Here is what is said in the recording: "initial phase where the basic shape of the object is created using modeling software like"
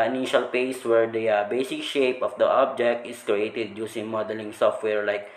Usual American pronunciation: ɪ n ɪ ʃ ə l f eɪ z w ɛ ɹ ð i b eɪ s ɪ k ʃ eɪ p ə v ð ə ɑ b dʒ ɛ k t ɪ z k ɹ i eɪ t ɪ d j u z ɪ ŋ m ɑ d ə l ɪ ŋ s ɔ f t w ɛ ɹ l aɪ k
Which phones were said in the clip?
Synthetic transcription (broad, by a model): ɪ n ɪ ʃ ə l p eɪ s w ɛ ɹ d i b eɪ s ɪ k ʃ eɪ p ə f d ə ɑ b dʒ ɛ k t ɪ s k ɹ i eɪ t ɪ d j u s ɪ ŋ m ɑ d ə l ɪ ŋ s ɔ f t w ɛ ɹ l aɪ k